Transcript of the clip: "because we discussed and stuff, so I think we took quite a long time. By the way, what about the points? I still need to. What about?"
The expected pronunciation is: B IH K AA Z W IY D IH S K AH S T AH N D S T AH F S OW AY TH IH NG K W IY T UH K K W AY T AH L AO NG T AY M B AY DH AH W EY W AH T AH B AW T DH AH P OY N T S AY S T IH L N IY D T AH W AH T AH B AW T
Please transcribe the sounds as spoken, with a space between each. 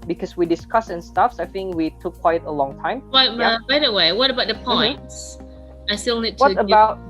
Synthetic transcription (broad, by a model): B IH K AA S W IY D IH S K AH S AH N S T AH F S AY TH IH NG K W IY T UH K K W AY T AH L AO NG T AY M B AY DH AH W EY W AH T AH B AW T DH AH P OY N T S AY S T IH L N IY D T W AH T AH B AW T